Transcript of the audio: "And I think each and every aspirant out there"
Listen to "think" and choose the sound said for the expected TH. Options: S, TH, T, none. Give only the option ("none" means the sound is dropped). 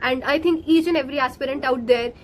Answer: T